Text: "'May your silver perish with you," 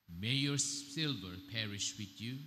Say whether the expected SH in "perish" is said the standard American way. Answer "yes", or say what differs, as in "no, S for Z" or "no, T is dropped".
yes